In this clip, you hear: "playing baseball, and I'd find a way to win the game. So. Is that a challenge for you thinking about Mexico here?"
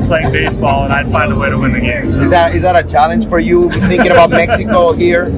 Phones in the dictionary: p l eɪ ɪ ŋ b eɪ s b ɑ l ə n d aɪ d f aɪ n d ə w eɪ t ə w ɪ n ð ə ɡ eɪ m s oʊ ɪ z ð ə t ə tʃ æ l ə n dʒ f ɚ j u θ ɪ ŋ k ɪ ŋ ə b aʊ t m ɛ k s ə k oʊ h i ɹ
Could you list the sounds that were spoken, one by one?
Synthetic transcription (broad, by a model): p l eɪ ɪ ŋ b eɪ s b ɑ l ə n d aɪ d f aɪ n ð ə w eɪ t ə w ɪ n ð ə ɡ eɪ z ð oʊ ɪ z ð ə t ə tʃ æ l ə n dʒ f ɚ j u θ ɪ ŋ k ɪ ŋ ə b aʊ t m ɛ k s ə k oʊ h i ɹ